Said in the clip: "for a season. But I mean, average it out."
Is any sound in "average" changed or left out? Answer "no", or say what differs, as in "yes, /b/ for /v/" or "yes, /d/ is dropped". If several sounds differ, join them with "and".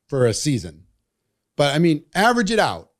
no